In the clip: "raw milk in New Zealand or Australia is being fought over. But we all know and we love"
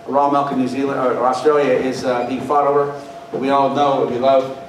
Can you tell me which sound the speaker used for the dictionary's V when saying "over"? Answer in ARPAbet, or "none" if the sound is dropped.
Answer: none